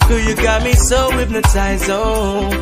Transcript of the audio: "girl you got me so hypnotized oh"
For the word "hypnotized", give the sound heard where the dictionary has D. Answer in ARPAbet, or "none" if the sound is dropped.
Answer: none